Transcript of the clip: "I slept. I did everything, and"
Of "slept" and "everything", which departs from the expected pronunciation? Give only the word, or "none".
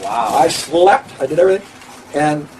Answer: none